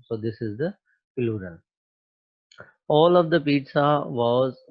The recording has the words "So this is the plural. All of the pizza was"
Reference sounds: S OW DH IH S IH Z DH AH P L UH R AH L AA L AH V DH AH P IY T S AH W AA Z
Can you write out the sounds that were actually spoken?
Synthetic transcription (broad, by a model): S OW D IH S IH Z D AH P L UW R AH L AA L AH V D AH P IY T S AH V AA Z